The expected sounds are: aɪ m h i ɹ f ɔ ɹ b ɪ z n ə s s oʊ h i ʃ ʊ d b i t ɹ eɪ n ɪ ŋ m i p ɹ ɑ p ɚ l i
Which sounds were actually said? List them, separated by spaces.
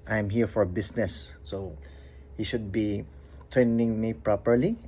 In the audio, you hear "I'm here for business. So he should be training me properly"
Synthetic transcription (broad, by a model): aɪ m h i ɹ f ɔ ɹ b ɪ s n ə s s oʊ h i ʃ ʊ d b i t ɹ eɪ n ɪ ŋ m i p ɹ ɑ p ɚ l i